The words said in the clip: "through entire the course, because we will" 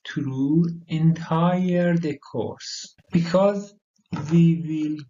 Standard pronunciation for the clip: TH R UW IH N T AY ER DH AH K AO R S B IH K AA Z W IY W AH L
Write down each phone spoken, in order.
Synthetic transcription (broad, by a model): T R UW IH N T AY ER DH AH K AO R S B IH K AA Z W IY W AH L